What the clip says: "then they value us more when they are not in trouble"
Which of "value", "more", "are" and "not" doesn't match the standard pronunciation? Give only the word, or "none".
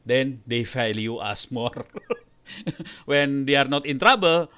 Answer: value